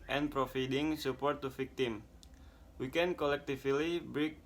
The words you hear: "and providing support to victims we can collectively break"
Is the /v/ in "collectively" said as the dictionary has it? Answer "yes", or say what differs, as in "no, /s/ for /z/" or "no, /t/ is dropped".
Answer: no, /f/ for /v/